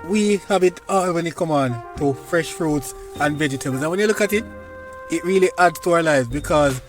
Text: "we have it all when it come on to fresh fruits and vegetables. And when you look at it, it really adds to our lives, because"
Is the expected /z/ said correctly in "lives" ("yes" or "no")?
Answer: yes